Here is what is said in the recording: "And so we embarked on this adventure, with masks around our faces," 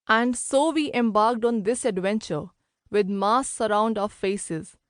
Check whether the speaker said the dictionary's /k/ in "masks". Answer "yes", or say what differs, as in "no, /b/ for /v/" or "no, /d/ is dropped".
no, /k/ is dropped